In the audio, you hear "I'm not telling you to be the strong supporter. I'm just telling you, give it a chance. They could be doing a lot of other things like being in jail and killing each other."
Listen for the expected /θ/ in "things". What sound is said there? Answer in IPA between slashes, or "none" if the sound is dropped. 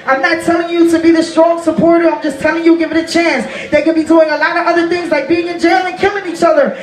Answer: /θ/